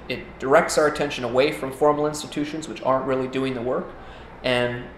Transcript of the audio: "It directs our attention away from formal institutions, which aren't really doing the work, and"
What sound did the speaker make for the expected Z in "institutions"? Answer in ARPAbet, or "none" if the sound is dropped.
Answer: Z